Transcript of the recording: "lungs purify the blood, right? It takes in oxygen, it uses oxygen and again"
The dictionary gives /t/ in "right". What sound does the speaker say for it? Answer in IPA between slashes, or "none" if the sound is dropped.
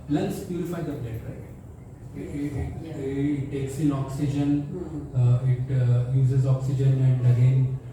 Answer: none